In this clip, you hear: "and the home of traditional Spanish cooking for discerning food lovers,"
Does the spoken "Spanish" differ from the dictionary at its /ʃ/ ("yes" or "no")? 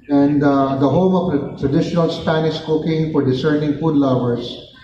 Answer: yes